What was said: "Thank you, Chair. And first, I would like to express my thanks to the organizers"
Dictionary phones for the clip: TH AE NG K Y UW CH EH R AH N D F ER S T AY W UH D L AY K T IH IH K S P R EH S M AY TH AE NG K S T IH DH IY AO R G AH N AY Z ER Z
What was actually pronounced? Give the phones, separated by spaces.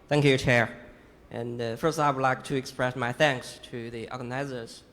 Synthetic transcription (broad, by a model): TH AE NG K Y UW CH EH R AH N F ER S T AY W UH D L AY K T IH IH K S P R EH S M AY TH AE NG K S T IH DH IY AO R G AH N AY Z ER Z